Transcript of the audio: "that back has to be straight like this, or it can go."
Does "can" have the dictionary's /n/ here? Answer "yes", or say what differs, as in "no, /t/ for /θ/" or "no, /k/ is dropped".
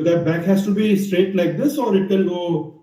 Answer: no, /l/ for /n/